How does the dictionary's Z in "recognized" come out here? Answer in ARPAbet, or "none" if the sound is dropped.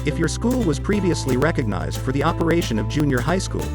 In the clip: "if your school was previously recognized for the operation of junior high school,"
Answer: Z